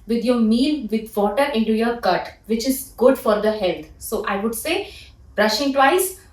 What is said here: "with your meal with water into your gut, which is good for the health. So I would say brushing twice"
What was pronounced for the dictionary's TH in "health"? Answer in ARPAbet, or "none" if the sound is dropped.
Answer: T